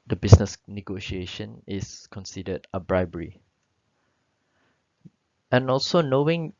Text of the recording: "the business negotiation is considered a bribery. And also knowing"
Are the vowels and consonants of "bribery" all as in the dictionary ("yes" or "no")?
yes